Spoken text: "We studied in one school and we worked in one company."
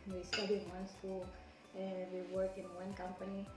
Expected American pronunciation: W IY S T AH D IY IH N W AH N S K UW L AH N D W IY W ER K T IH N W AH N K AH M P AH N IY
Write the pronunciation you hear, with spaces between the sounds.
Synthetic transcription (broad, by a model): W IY S T AH D IY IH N W AH N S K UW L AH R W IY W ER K IH N W AH N K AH M P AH N IY